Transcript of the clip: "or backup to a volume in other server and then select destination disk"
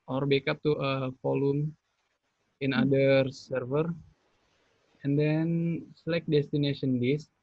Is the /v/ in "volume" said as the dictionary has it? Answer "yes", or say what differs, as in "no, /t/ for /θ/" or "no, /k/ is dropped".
no, /f/ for /v/